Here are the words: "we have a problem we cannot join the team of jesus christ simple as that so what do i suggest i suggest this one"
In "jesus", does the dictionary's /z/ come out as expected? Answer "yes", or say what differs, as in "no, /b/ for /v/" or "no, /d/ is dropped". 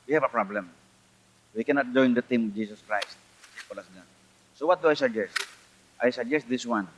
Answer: no, /s/ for /z/